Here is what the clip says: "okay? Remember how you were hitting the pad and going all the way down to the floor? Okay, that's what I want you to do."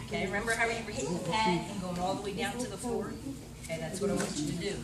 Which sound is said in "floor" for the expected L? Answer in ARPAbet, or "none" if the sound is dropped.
none